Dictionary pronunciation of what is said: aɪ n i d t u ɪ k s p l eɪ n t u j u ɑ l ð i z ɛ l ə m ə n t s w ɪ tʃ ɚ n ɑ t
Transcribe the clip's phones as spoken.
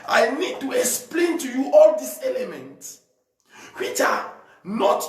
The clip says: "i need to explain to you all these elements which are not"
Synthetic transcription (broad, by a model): aɪ n i d t u ɪ k s p l eɪ n t u j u ɑ l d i s ɛ l ə m ə n t s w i tʃ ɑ n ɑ t